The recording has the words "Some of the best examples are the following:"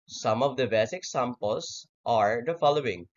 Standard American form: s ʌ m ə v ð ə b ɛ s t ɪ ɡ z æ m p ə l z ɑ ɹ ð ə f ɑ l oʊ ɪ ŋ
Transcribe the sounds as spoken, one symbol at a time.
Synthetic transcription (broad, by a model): s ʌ m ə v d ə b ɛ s ɪ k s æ m p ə l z ɑ ɹ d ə f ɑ l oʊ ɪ ŋ